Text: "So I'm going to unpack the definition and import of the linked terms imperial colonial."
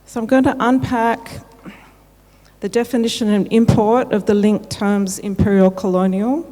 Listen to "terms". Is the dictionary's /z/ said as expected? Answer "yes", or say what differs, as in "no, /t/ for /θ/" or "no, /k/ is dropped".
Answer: yes